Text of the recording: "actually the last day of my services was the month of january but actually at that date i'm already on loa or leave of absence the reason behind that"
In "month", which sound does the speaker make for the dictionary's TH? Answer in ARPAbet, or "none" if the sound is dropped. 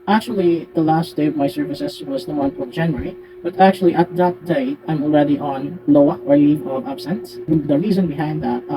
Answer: F